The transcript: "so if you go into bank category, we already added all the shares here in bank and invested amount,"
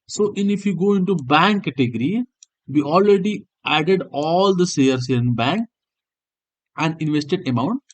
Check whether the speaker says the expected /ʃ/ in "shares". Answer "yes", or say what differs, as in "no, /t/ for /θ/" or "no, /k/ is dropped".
no, /s/ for /ʃ/